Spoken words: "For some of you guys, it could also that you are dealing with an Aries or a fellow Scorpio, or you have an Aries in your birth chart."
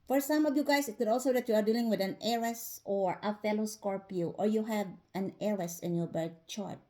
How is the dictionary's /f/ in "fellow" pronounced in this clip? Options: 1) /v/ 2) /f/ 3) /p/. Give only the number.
2